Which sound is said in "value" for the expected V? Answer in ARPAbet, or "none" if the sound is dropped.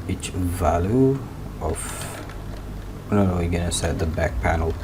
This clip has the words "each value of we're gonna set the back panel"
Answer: V